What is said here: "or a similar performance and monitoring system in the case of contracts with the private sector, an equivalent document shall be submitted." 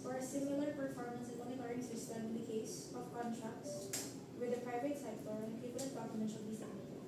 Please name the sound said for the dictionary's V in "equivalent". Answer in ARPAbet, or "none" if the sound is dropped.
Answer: P